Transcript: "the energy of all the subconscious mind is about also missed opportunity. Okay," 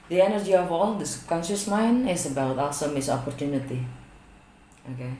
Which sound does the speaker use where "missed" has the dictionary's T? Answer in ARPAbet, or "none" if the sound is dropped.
none